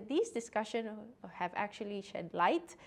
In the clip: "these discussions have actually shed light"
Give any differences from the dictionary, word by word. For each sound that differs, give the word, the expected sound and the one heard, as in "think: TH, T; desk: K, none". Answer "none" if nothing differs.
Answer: discussions: Z, none